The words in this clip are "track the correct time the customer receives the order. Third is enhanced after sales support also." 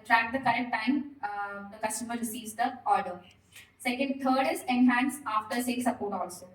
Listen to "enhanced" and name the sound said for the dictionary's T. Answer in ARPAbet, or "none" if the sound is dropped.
none